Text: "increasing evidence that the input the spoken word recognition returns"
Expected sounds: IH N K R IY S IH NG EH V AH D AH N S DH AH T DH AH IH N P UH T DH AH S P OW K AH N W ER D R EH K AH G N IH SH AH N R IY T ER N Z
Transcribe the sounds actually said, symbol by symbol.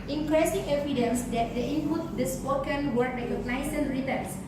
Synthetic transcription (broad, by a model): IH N K R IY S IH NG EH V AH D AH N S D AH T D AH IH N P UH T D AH S P OW K AH N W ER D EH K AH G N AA S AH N R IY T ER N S